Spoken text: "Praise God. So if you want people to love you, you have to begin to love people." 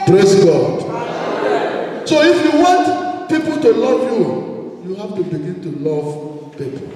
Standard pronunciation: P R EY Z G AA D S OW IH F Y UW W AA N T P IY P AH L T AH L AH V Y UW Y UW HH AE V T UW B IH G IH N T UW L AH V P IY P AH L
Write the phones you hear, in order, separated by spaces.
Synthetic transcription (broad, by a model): P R EY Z G AA D S OW IH F Y UW W AA N T P IY P AH L T AH L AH V Y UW Y UW HH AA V T UW B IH G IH N T UW L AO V P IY P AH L